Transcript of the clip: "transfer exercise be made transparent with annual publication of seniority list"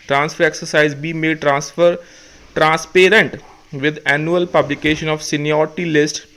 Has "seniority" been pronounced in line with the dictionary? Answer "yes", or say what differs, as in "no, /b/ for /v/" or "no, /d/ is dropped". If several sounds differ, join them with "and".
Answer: no, /ɹ/ is dropped